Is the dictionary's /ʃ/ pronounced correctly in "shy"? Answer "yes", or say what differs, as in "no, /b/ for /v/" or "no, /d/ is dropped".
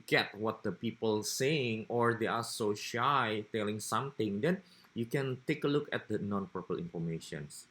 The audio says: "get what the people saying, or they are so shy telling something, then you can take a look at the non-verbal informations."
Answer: yes